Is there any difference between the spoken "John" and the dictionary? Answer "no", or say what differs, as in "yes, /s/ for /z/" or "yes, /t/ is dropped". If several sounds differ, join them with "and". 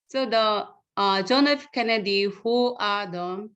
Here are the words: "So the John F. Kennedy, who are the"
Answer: no